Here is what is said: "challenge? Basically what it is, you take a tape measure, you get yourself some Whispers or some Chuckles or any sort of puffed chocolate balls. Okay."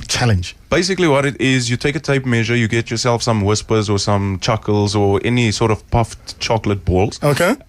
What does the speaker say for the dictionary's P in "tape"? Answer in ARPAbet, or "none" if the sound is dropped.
P